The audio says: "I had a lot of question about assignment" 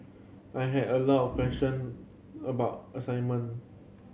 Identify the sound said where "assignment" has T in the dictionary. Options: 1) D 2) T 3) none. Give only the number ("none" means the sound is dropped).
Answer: 3